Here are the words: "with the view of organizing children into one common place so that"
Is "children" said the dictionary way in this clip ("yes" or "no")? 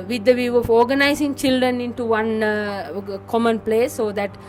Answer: yes